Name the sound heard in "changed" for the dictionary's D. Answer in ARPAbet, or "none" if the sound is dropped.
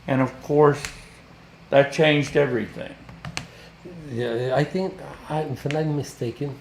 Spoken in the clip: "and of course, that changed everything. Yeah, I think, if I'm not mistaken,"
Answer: D